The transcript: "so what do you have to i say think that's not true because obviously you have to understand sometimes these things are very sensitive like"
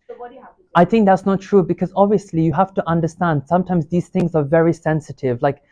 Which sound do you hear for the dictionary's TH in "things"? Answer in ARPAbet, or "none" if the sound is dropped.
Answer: TH